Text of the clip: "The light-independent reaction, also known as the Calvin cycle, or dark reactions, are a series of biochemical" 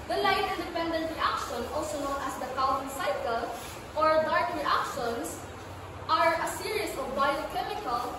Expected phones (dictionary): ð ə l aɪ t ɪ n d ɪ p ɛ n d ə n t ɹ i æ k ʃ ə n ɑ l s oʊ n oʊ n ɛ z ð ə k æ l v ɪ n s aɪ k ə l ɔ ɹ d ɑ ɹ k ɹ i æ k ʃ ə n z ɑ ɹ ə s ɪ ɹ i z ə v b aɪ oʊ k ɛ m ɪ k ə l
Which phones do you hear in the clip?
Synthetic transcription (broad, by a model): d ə l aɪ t ɪ n d ɪ p ɛ n d ə n t ɹ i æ k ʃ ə n ɑ l s oʊ n oʊ n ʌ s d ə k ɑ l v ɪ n s aɪ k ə l ɔ ɹ d ɑ ɹ k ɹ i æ k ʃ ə n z ɑ ɹ ə s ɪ ɹ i s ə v b aɪ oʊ k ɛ m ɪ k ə l